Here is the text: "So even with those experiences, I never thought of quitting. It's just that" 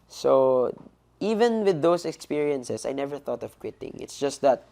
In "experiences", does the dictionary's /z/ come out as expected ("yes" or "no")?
no